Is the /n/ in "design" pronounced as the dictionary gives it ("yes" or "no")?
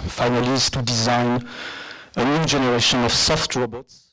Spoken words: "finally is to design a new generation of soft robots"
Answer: yes